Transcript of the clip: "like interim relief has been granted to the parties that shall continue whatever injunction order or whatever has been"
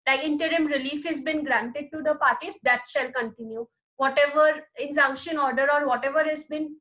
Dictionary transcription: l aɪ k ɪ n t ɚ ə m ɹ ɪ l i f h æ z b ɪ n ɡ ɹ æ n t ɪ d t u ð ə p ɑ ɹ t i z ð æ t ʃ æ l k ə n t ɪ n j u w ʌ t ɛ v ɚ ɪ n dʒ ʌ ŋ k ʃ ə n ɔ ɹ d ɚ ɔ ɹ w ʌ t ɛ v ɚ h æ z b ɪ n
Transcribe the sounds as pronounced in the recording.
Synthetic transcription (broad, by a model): l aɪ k ɪ n t ɚ ə m ɹ ɪ l i f h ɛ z b ɪ n ɡ ɹ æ n t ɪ d t u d ə p ɑ ɹ t i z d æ t ʃ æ l k ə n t ɪ n j u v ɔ t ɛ v ɚ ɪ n z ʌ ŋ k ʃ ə n ɔ ɹ d ɚ ɔ ɹ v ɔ t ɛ v ɚ h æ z b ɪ n